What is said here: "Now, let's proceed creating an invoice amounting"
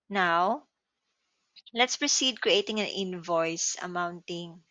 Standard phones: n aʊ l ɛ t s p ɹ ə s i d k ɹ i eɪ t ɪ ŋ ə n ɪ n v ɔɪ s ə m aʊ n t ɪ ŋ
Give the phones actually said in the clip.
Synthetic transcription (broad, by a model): n aʊ l ɛ t s p ɹ ə s i d k ɹ i eɪ t ɪ ŋ ə n ɪ n v ɔɪ s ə m aʊ n t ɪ ŋ